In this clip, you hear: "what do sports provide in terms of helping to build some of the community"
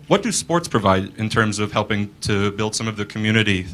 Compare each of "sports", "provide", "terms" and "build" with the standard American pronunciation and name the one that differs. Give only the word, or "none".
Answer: none